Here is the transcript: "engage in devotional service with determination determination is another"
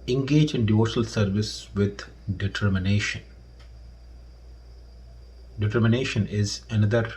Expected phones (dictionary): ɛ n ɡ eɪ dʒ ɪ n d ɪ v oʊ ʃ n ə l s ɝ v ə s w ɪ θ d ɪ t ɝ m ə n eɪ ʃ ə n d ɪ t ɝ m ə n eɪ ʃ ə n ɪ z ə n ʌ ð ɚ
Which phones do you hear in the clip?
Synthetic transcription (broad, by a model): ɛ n ɡ eɪ dʒ ɪ n d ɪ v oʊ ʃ ə l s ɝ v ə s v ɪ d d ɪ t ɝ m ə n eɪ ʃ ə n d ɪ t ɝ m ə n eɪ ʃ ə n ɪ z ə n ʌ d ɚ